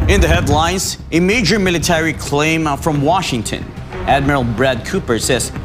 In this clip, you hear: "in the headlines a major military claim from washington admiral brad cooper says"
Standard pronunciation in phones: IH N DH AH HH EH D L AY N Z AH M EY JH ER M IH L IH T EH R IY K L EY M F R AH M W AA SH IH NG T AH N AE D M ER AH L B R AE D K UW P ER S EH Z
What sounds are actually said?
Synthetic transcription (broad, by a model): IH N DH AH HH EH D L AY N Z AH M EY JH ER M IH L IH T EH R IY K L EY M F R AH M W AA SH IH NG T AH N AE D M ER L B R AE D K UW P ER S EH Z